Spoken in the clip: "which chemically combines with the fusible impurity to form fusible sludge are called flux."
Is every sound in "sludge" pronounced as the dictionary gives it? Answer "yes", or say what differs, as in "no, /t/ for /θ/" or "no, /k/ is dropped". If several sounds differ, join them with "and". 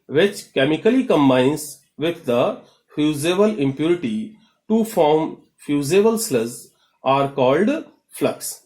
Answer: no, /z/ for /dʒ/